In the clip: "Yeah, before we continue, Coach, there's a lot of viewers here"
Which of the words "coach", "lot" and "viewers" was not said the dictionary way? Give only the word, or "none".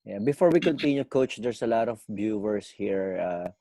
viewers